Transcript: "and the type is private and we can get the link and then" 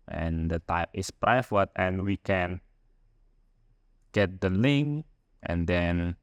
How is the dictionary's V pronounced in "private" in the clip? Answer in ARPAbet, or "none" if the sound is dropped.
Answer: F